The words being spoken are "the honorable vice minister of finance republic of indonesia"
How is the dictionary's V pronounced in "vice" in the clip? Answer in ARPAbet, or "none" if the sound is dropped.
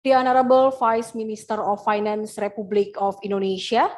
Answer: F